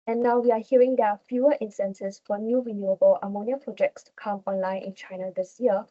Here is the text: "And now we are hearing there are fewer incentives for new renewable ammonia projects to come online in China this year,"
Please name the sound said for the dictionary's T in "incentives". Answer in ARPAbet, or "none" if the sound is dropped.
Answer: S